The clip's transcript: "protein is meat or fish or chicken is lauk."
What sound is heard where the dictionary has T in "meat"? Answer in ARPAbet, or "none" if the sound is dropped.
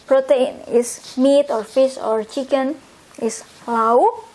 T